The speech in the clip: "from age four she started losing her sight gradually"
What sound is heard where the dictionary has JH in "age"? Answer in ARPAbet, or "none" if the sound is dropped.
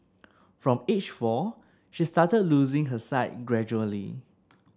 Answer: CH